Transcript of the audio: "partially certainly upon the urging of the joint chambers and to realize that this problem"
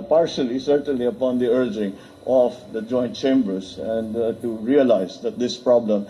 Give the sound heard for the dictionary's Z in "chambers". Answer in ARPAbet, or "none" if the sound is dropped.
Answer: S